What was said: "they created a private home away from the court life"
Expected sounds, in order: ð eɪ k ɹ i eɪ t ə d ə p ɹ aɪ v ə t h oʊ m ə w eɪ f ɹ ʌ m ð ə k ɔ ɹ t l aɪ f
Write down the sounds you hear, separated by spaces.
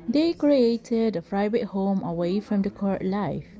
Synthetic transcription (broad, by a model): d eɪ k ɹ i eɪ t ə d ə f ɹ aɪ b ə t h oʊ m ə w eɪ f ɹ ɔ m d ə k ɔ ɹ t l aɪ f